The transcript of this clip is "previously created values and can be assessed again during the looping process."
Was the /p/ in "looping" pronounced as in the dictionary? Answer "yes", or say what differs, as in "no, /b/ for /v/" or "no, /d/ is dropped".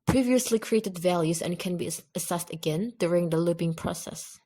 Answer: no, /b/ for /p/